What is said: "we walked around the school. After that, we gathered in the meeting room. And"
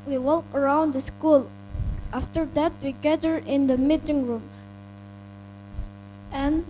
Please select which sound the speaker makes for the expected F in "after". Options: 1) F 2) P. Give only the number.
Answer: 1